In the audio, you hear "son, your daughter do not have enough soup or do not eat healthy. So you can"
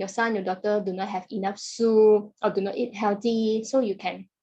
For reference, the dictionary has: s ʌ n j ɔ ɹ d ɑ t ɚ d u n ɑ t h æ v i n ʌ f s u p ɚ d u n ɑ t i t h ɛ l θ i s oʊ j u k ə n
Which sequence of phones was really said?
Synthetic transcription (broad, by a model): s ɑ n j ɔ d ɑ t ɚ d u n ɑ t h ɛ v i n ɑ f s u ɔ d u n ɑ t i t h ɛ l t i s oʊ j u k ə n